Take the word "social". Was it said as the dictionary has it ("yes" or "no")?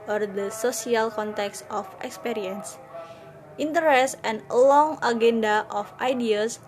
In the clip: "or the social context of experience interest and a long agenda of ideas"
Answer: no